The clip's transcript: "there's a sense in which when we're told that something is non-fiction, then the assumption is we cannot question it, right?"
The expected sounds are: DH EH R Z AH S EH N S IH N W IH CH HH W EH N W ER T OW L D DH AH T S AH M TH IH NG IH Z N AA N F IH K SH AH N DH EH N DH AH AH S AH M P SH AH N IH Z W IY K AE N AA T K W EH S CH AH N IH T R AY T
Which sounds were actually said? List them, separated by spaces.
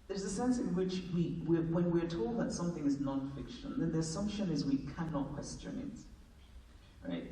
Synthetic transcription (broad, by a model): DH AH R Z AH S EH N S IH N W IH CH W W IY N W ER T OW L D DH AH T S AH M TH IH NG IH Z N AA N F IH K SH AH N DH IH N DH AH AH S AH M P SH AH N IH Z W IY K AE N AA T K W EH S CH AH N IH T R AY T